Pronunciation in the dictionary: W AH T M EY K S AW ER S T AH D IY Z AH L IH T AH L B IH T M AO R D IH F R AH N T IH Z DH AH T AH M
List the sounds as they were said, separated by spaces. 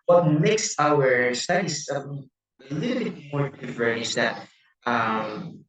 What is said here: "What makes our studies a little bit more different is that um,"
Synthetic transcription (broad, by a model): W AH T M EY K S AW ER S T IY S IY AH L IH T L B IH T M AO R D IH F R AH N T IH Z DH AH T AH M